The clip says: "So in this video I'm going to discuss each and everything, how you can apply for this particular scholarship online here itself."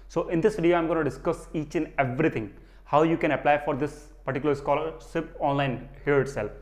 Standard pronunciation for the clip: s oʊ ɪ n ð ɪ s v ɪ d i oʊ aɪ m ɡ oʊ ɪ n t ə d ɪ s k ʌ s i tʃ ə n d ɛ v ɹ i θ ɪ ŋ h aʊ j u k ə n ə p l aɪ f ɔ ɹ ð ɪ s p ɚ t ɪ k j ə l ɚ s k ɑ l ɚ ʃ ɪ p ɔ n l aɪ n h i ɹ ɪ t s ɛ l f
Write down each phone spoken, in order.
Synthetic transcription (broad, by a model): s oʊ ɪ n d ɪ s v ɪ d i oʊ aɪ m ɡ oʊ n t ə d ɪ s k ʌ s i tʃ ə n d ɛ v ɹ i t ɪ ŋ h aʊ j u k ə n ə p l aɪ f ɔ ɹ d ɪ s p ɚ t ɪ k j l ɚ s k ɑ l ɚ s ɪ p ɔ n l aɪ n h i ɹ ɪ t s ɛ l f